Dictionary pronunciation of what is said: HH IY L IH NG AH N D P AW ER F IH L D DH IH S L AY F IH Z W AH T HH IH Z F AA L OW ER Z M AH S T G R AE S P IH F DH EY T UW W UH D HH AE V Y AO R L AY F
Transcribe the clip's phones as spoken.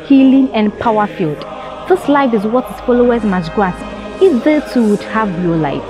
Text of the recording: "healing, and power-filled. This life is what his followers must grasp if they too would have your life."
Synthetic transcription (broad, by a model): HH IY L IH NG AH N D P AW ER F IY L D DH IH S L AY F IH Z W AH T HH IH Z F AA L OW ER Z M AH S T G AA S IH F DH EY T UW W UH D HH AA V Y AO L AY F